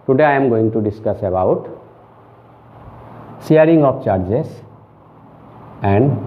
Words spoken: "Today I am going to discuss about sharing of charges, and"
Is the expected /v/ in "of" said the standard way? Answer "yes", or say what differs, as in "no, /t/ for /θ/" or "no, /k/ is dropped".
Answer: no, /p/ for /v/